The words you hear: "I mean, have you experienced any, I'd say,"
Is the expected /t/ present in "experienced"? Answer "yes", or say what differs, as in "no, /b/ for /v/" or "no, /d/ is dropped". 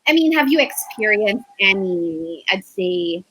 yes